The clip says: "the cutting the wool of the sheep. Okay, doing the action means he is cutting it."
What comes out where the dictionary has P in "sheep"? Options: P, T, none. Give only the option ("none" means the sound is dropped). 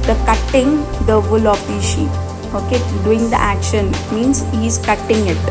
none